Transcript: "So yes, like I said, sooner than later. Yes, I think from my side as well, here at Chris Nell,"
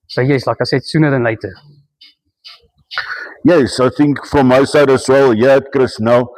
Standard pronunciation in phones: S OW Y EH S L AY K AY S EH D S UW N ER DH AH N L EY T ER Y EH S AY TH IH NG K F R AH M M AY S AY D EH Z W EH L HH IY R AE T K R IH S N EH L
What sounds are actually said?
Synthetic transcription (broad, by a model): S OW Y EH S L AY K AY S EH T S UW N ER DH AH N L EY T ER Y EH S AY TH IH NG K F R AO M M AY S AY D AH S W EH L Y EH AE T K R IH S N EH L